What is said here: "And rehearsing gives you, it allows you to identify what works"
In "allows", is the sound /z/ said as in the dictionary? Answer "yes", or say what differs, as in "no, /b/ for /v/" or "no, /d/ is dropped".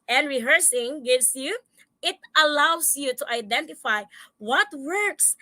no, /s/ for /z/